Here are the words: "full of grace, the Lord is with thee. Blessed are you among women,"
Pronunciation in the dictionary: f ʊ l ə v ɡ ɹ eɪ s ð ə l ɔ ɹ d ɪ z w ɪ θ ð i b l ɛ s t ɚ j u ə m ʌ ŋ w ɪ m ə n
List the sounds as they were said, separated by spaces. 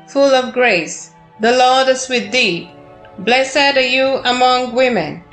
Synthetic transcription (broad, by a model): f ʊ l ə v ɡ ɹ eɪ s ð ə l ɔ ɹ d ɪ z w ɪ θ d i b l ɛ s ɚ j u ə m ʌ ŋ w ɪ m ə n